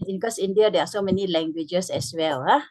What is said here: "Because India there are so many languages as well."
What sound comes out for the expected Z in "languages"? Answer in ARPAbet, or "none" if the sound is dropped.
S